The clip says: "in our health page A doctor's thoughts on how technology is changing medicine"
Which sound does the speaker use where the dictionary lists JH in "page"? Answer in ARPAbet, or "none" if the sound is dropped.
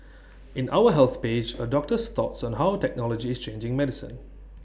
JH